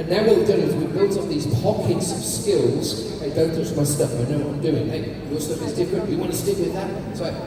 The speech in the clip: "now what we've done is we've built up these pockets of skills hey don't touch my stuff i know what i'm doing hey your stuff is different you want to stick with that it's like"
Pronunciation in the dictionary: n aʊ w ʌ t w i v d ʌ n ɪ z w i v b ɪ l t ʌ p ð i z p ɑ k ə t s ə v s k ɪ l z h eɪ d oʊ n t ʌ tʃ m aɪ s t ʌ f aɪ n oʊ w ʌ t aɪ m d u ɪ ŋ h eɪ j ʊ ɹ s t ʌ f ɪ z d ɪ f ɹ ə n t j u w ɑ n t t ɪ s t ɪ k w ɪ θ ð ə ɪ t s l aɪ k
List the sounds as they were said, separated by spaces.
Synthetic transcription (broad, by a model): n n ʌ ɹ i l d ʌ ɪ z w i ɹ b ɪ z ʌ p ð i z p ɑ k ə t s ə v s k ɪ l z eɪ d oʊ n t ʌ s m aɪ s t ʌ f aɪ n oʊ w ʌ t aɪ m d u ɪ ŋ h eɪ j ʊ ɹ s t ʌ f ɪ z d ɪ f ɹ ə n t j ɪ w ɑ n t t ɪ s t ɪ k w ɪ ð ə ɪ t s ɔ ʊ